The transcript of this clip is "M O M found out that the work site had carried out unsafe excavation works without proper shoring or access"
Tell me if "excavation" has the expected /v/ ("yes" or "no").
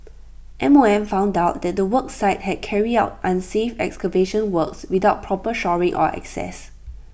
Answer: yes